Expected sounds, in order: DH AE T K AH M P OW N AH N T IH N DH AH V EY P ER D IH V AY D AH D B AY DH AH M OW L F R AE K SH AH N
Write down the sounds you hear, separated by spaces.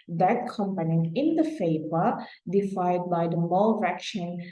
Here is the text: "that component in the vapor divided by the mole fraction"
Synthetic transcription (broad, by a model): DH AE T K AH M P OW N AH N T IH N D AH F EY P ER D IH F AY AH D B AY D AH M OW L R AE K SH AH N